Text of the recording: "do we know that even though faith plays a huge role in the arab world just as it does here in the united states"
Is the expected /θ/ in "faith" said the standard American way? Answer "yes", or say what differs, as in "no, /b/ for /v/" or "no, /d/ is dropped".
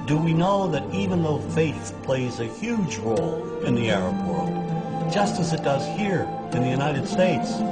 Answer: yes